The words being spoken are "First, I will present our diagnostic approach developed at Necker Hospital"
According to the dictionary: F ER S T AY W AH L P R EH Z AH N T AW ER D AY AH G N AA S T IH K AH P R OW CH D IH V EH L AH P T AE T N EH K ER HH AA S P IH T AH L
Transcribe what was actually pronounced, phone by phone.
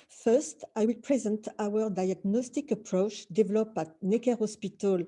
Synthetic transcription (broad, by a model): F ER S T AY W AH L P R EH Z AH N T AW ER D AY AH G N AA S T IH K AH P R OW CH D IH V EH L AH P AE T N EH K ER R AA S P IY T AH L